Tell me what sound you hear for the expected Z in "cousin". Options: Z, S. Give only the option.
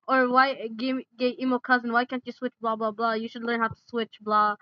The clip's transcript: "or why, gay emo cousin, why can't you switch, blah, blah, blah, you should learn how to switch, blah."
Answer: Z